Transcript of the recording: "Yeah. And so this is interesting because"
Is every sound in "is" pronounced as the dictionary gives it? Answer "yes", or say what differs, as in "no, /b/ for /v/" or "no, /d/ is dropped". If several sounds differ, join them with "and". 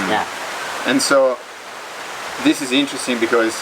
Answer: yes